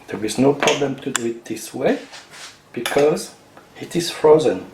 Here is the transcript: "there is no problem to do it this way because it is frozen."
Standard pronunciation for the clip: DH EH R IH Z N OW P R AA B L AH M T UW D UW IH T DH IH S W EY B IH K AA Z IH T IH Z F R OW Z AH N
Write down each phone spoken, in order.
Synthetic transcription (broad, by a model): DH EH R IH Z N OW P R AA B L AH M T UW D UW IH T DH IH S W EY B IH K AA Z IH T IH Z F R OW Z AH N